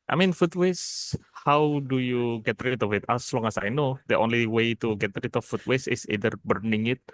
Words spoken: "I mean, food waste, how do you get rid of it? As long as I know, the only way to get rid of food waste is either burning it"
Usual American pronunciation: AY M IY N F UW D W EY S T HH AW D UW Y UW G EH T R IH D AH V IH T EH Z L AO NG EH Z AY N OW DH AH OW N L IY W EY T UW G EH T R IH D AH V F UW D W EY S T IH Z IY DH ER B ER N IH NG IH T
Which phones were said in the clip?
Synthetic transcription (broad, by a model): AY M IY N F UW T W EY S HH AW D UW Y UW G EH T R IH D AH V IH T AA S L AO NG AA S AY N OW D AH OW N L IY W EY T UW G EH T R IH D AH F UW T W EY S IH S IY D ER B ER N IH NG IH T